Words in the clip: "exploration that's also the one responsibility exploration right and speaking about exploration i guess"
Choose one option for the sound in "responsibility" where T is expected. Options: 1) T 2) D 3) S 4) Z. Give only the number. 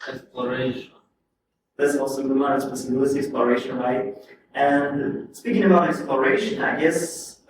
3